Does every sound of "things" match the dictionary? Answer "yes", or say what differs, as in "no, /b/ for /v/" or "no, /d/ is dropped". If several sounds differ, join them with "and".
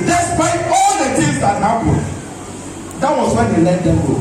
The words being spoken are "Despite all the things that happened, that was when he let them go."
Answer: no, /t/ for /θ/